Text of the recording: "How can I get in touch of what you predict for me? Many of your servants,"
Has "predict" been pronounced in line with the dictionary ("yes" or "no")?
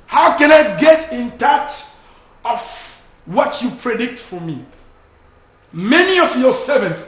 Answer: yes